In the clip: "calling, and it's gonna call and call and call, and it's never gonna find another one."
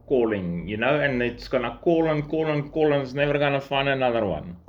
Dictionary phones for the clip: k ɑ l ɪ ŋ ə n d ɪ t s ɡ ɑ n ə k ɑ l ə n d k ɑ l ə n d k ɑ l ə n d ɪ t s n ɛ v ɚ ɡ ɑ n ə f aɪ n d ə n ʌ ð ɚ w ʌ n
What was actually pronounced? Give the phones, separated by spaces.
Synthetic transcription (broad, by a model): k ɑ l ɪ ŋ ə n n ɪ t s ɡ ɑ n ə k ɑ l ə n k ɑ l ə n k ɑ l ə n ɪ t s n ɛ v ɚ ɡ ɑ n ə f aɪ n ə n ʌ ð ɚ w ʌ n